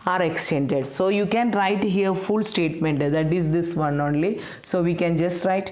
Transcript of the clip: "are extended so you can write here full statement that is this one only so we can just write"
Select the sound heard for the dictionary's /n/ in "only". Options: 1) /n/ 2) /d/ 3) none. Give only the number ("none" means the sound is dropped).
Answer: 1